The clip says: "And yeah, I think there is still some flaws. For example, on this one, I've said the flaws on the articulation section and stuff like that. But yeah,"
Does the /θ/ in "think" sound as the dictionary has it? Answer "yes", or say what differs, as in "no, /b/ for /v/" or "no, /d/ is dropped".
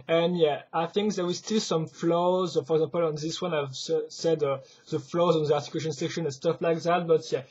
yes